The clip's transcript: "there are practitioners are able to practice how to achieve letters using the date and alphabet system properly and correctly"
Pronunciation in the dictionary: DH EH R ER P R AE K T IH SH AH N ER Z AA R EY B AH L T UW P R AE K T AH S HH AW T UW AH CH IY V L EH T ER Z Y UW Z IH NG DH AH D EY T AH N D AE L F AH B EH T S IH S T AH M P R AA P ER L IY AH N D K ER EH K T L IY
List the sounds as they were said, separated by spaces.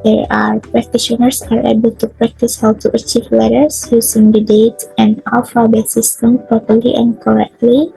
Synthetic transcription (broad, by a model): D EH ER P R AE K T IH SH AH N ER S AA R EY B AH L T UW P R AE K T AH S HH AW T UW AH CH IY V L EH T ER S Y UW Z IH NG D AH D EY T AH N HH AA W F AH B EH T S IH S T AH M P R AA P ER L IY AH N K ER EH K T L IY